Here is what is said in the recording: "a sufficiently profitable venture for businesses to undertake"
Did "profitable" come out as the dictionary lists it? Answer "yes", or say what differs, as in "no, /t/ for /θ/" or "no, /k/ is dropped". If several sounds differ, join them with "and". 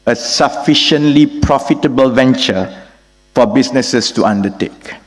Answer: yes